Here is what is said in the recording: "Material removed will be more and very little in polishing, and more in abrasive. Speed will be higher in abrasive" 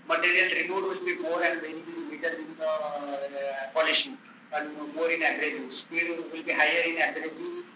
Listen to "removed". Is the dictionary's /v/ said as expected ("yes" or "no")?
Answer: no